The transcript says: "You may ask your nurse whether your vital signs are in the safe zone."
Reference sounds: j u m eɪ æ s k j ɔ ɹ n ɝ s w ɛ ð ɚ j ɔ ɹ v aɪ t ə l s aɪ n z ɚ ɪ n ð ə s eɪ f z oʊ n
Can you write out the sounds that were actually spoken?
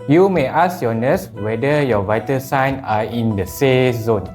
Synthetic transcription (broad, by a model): j u m eɪ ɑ s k j ɔ n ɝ s w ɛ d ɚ j ɔ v aɪ t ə s aɪ n ɑ ɪ n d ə s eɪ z oʊ n